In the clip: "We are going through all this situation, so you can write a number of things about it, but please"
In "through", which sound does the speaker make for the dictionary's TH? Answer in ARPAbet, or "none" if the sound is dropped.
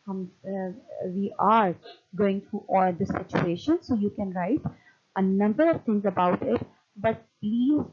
T